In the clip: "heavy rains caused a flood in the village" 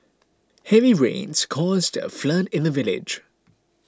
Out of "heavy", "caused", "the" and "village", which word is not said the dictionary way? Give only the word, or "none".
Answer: none